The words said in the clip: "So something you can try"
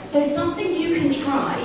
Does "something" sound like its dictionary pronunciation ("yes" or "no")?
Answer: yes